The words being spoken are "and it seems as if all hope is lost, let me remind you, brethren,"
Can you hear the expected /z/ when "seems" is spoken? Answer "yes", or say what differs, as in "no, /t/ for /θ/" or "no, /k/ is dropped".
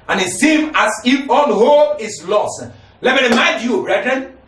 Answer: no, /z/ is dropped